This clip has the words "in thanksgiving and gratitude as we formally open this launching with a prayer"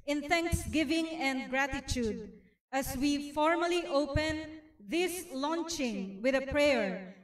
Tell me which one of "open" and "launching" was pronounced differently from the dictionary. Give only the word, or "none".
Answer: none